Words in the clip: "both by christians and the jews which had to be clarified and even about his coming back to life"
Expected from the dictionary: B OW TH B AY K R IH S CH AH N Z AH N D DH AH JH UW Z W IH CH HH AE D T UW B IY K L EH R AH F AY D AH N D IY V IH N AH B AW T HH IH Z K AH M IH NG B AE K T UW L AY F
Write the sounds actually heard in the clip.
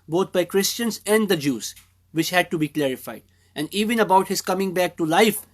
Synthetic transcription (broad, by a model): B OW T B AY K R IH S CH AH N Z AH N D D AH JH UW Z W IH CH HH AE D T UW B IY K L EH R AH F AY D AH N D IY V IH N AH B AW T HH IH Z K AH M IH NG B AE K T UW L AY F